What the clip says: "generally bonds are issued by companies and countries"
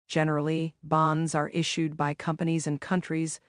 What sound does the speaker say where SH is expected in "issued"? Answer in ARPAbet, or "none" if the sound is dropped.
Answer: SH